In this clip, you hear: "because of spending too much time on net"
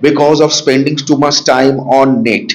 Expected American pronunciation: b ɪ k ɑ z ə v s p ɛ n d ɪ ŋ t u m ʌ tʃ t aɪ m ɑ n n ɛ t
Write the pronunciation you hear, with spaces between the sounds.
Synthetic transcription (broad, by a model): b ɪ k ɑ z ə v s p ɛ n d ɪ ŋ t u m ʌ s t aɪ m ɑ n n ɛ t